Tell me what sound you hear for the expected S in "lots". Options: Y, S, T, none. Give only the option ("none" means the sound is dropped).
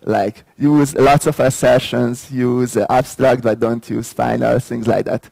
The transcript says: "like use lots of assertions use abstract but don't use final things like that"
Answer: S